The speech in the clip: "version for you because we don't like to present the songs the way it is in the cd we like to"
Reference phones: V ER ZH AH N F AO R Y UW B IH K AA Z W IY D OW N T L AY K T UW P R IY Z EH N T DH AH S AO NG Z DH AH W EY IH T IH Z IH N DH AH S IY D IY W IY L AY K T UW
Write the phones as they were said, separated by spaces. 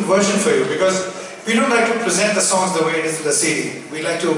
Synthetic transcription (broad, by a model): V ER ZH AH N F AO R Y UW B IH K AA Z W IY D OW N T L AY K T UW P R IY Z EH N T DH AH S AO NG Z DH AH W EY IH T IH Z IH N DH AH S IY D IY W IY L AY K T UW